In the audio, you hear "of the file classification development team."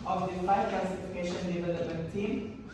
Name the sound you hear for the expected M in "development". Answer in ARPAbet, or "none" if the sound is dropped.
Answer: none